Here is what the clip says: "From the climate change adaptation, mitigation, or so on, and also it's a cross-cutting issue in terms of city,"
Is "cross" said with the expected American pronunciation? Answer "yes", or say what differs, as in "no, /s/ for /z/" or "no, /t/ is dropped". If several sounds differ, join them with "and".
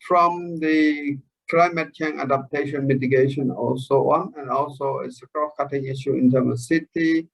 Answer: no, /s/ is dropped